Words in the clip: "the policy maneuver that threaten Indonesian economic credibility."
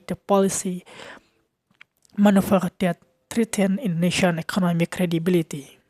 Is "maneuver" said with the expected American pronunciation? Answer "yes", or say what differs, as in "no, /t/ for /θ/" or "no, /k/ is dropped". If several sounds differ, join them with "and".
no, /f/ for /v/